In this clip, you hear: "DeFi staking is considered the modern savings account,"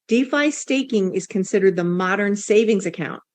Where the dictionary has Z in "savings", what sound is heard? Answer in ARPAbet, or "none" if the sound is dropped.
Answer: Z